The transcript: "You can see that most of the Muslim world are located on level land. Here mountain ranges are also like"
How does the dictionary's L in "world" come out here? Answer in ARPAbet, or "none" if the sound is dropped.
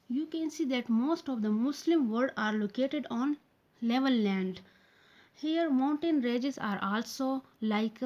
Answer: none